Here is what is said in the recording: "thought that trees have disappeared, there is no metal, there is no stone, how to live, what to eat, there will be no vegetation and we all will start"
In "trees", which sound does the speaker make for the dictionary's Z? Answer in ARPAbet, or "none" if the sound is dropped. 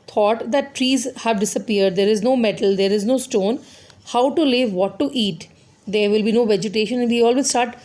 Z